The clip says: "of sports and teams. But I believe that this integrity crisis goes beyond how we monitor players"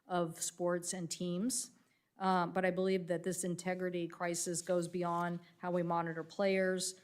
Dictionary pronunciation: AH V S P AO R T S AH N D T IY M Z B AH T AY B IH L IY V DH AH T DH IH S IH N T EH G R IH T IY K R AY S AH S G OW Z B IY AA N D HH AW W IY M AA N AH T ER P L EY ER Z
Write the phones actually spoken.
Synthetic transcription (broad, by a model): AH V S P AO R T S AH N T IY M Z B AH T AY B IH L IY V DH AH T DH IH S IH N T EH G R IH T IY K R AY S AH S G OW Z B IY AA N D HH AW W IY M AA N AH T ER P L EY ER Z